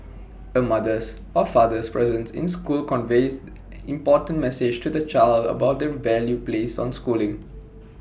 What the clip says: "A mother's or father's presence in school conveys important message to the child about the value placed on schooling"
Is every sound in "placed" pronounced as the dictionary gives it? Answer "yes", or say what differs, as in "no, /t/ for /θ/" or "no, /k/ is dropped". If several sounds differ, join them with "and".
no, /t/ is dropped